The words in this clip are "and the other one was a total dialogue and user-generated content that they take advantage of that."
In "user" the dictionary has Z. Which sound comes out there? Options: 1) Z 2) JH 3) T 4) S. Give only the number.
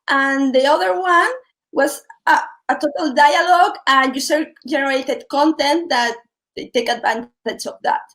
4